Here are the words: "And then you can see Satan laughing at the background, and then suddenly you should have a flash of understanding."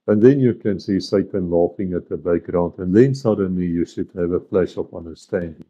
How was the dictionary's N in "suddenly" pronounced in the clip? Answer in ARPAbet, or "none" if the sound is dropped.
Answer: N